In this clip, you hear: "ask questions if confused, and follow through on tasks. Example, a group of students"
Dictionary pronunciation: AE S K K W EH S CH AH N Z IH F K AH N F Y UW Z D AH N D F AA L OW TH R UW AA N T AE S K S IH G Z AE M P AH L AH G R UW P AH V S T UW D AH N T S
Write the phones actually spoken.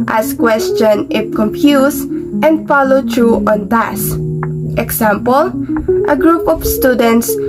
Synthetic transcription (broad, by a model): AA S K K W EH S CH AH N IH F K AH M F Y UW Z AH N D F AA L OW T R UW AA N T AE S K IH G S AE M P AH L AH G R UW P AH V S T UW D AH N T S